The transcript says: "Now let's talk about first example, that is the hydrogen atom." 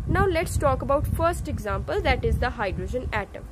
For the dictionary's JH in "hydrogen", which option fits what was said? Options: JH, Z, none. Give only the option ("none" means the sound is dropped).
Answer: JH